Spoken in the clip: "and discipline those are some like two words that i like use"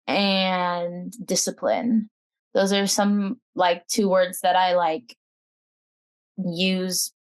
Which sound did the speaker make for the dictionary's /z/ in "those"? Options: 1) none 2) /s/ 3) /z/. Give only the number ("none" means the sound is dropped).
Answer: 3